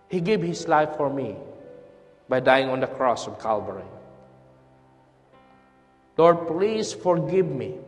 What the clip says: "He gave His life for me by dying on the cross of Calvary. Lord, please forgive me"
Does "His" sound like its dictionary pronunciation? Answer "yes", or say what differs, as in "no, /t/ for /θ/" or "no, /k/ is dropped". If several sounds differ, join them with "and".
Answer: no, /s/ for /z/